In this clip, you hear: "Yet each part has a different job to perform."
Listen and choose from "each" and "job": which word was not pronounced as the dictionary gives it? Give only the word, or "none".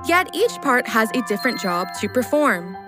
none